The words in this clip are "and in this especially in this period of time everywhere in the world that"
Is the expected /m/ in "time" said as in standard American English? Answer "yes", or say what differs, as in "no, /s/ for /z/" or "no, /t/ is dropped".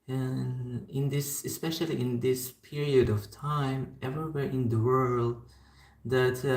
yes